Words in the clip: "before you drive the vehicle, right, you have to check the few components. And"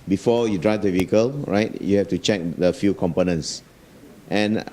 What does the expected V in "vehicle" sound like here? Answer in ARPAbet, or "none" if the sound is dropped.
V